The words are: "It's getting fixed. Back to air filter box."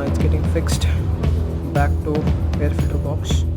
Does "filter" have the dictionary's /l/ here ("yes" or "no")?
no